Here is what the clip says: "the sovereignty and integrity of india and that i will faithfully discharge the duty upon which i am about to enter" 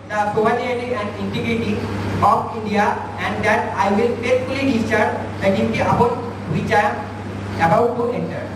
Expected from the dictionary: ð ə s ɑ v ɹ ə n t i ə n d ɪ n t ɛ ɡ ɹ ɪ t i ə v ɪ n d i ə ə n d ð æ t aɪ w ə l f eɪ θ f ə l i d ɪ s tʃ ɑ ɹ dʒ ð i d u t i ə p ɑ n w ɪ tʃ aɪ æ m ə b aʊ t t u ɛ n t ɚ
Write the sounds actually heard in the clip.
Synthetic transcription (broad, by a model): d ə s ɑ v ə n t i ə n d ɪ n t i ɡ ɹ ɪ t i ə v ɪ n d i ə ə n d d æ t aɪ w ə l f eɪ t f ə l i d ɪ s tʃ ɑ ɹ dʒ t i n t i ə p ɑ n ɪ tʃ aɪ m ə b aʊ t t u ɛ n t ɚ